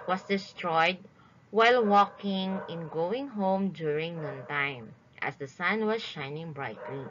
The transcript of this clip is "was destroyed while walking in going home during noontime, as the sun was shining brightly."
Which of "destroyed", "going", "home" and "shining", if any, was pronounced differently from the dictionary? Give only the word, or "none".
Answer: none